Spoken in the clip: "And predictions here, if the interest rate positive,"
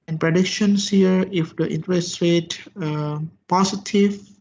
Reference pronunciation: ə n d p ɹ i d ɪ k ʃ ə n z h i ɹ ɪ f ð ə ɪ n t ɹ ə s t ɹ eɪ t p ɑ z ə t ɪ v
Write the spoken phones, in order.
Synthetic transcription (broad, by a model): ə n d p ɹ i d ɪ k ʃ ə n s h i ɹ ɪ f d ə ɪ n t ɹ ə s t ɹ eɪ t p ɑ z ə t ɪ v